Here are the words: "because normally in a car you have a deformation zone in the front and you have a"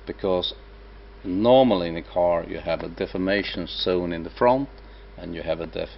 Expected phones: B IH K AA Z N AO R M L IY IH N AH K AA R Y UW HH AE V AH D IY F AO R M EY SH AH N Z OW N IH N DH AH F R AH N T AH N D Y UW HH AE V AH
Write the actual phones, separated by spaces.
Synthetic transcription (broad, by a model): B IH K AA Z N AO R M L IY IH N AH K AA R Y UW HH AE V AH D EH F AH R M EY SH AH N S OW N IH N DH AH F R AH N T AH N Y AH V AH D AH